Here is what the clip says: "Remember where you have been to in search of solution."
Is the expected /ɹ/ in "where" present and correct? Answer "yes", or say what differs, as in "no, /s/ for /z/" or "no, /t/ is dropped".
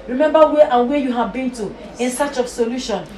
no, /w/ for /ɹ/